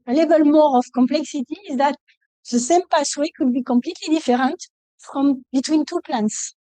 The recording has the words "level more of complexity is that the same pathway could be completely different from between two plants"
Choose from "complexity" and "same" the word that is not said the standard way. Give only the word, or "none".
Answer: none